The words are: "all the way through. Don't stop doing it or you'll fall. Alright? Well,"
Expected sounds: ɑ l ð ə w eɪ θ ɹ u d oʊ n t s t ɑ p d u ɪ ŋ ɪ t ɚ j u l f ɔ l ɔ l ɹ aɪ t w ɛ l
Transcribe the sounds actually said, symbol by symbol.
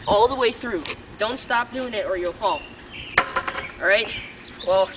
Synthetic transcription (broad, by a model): ɑ l ð ə w eɪ θ ɹ u d oʊ n t s t ɑ p d u ɪ ŋ ɪ t ɚ j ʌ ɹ f ɔ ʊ n ɹ aɪ t w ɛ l